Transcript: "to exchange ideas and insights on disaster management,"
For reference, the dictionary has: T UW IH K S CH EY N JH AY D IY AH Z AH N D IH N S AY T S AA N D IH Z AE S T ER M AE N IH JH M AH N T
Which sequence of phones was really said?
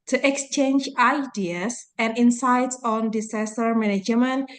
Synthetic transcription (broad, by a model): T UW IH K S CH EY N JH AY D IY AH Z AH N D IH N S AY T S AA N D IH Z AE S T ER M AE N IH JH M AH N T